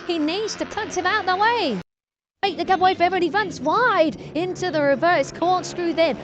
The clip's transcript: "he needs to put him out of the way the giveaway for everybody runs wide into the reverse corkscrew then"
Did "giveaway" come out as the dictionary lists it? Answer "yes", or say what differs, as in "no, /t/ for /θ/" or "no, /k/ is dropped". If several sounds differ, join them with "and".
no, /b/ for /v/